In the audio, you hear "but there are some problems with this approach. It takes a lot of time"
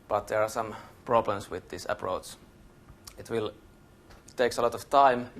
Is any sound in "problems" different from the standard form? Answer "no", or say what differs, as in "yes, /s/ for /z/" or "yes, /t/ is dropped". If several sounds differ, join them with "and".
yes, /s/ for /z/